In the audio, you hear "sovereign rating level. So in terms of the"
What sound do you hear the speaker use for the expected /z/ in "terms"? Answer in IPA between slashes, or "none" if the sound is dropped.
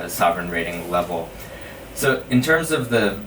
/z/